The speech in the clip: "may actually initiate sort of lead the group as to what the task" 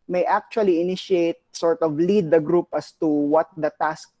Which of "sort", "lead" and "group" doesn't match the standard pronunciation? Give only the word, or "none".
none